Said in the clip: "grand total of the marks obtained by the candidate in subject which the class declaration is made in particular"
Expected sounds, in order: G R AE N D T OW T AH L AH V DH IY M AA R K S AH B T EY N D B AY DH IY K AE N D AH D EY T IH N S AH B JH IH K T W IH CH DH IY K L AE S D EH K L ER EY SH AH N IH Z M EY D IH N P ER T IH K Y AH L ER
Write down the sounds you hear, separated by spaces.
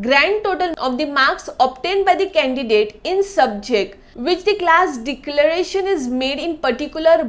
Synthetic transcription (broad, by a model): G R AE N D T OW T AH L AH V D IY M AA R K S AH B T EY N D B AY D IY K AE N D AH D EY T IH N S AH B JH IH K T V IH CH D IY K L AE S D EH K L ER EY SH AH N IH Z M EY D IH N P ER T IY K Y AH L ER